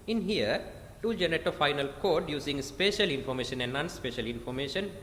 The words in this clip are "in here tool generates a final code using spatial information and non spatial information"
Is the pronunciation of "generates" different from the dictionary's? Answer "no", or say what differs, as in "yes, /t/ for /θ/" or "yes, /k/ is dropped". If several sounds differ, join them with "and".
yes, /s/ is dropped